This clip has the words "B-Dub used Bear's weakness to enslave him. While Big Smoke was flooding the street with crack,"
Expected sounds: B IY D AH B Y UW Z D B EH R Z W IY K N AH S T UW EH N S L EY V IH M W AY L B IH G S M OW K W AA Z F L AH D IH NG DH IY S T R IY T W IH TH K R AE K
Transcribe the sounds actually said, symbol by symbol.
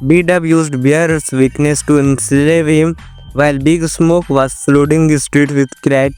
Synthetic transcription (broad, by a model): B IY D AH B Y UW Z D B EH R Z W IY K N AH S T UW EH N S L EY V IH M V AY L B IH G S M OW K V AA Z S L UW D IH NG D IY S T R IY T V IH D K R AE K